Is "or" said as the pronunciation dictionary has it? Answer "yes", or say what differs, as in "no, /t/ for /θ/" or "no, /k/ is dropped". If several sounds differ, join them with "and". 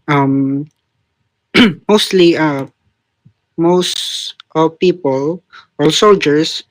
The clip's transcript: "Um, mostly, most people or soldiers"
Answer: no, /l/ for /ɹ/